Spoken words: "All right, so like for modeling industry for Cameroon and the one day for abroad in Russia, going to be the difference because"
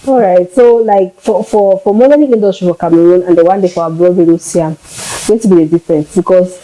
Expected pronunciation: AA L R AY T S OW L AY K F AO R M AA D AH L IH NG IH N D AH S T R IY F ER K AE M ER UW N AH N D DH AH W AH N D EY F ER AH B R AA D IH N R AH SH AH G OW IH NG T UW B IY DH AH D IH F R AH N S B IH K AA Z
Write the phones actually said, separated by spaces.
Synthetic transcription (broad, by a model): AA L R AY T S OW L AY K F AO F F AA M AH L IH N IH N D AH S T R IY F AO K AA M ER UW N AH N D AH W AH N D EY F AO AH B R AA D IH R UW S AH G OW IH T UW B IY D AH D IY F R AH N S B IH K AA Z